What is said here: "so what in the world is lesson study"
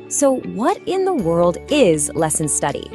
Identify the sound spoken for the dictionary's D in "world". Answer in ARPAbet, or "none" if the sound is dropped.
D